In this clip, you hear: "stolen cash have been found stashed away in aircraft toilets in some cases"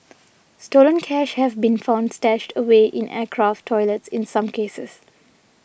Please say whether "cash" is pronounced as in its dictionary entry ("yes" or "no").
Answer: yes